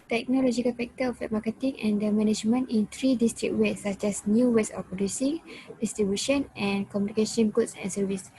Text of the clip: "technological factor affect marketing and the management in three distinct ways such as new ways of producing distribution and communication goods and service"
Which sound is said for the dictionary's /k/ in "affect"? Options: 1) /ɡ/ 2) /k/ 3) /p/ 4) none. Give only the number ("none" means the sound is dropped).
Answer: 4